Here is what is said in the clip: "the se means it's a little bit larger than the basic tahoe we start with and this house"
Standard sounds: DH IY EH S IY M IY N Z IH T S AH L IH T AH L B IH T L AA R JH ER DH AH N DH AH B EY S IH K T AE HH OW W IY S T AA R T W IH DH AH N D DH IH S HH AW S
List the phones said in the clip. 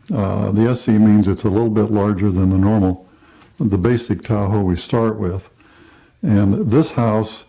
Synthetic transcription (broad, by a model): DH IY EH S IY M IY N Z IH T S AH L IH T L B IH T L AA R JH ER DH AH N DH AH B EY S IH K T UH HH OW W IY S T AA R T W IH DH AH N DH IH S HH AW S